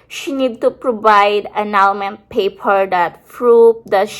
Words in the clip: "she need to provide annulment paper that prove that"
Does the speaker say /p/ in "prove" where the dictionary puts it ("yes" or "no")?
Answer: no